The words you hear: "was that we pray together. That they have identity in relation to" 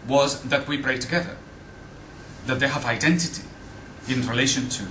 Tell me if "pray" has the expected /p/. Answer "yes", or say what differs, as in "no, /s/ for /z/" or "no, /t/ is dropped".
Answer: no, /b/ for /p/